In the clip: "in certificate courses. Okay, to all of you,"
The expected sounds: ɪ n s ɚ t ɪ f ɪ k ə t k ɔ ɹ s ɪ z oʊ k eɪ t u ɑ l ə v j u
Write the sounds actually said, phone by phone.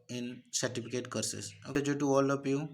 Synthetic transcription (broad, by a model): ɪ n s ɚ t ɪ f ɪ k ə t k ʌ ɹ s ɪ s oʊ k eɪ t u ɑ l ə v j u